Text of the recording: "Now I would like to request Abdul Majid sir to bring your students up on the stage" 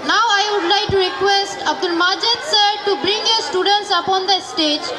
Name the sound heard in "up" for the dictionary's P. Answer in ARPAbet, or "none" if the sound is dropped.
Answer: P